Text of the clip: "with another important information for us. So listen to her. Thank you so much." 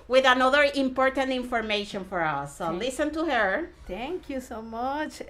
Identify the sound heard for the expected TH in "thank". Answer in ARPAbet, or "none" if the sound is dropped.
T